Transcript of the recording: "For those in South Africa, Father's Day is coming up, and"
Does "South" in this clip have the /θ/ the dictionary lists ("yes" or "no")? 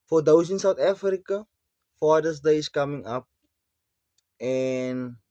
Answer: no